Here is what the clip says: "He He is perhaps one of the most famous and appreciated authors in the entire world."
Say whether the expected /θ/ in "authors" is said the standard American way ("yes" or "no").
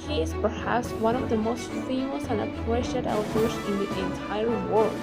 no